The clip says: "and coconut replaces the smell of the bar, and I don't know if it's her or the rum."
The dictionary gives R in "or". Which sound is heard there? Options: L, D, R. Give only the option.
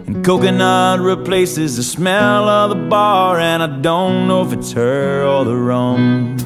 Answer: L